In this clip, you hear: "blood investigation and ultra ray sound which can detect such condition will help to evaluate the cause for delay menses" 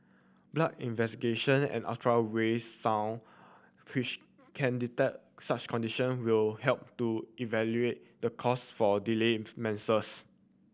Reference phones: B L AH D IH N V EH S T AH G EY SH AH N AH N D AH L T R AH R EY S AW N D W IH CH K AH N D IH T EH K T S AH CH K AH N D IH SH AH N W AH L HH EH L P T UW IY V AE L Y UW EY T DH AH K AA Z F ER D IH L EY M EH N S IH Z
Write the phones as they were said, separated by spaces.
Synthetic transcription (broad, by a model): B L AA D IH N V EH S T AH G EY SH AH N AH N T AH R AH W EY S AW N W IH CH K AH N D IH T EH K S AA CH K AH N D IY SH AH N W AH L HH EH L P T UW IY V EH L Y UW EY T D AH K AA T F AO D IH L EY M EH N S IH S